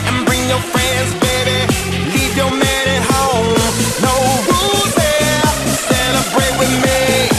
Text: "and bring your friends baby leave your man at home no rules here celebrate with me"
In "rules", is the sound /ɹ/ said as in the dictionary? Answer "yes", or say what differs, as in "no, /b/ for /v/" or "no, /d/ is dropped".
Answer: no, /w/ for /ɹ/